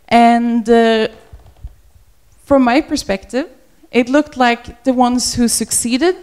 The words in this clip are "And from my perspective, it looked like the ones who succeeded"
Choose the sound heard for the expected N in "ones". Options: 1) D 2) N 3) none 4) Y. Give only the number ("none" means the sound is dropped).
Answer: 2